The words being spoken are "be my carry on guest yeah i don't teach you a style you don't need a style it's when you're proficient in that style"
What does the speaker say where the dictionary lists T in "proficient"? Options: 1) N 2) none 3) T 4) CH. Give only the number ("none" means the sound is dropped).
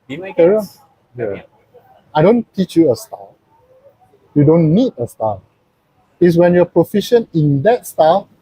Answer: 2